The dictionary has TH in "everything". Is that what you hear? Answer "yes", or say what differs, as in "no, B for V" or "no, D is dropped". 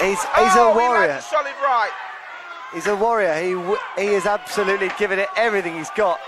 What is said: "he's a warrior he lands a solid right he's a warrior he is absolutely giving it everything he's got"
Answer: yes